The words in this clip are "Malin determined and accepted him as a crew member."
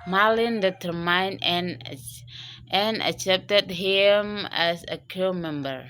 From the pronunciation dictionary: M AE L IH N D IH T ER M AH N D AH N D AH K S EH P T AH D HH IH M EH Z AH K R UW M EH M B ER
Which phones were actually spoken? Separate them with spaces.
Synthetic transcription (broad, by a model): M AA L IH N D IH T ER M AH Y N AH N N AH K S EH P T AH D HH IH M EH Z AH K UW M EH M B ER